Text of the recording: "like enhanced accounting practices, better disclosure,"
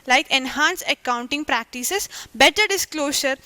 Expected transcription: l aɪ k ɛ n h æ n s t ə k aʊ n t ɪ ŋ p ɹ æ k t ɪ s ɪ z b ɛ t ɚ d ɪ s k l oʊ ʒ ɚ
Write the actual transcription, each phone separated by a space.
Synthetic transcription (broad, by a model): l aɪ k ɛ n h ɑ n s ə k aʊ n t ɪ ŋ p ɹ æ k t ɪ s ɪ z b ɛ t ɚ d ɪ s k l oʊ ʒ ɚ